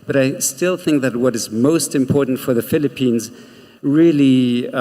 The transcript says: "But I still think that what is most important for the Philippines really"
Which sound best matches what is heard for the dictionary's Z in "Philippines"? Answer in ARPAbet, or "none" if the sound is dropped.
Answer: Z